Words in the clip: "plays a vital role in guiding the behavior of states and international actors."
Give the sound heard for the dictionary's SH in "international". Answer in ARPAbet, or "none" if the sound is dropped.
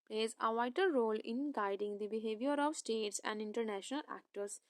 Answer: SH